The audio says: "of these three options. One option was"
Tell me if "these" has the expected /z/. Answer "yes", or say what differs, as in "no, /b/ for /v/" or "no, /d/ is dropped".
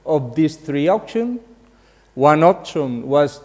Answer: no, /s/ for /z/